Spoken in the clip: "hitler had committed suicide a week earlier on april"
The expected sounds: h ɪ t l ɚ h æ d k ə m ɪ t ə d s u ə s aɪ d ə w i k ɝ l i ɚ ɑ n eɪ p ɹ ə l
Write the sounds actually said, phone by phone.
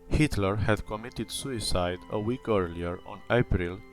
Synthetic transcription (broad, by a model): h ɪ t l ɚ h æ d k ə m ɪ t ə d s u ə s aɪ d ə w i k ɝ l i ɚ ɑ n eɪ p ɹ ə l